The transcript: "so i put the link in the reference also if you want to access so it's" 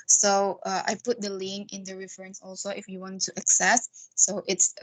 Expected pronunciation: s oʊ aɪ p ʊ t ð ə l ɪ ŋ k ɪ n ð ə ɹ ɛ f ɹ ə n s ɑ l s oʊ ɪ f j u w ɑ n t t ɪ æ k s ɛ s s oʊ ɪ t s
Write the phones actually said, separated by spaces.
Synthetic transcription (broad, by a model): s oʊ aɪ p ʊ t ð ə l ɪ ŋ ɪ n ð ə ɹ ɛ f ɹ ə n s ɑ l s oʊ ɪ f j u w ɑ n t t ɪ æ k s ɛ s s oʊ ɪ t s